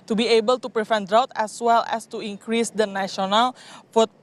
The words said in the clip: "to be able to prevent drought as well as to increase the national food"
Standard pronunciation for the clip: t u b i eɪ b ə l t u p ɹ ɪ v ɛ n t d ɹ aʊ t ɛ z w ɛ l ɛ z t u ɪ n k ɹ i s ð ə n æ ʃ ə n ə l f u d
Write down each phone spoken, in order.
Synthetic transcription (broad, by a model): t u b i eɪ b ə l t u p ɹ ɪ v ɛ n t d ɹ aʊ t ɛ s w ɛ l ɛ s t u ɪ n k ɹ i s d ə n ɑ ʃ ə n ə l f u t